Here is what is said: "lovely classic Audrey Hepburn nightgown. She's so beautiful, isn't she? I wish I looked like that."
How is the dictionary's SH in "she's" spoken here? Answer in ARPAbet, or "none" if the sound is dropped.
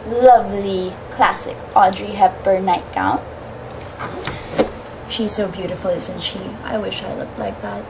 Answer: SH